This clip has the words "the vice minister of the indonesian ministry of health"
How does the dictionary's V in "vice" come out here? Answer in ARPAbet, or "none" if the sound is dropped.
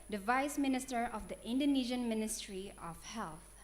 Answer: V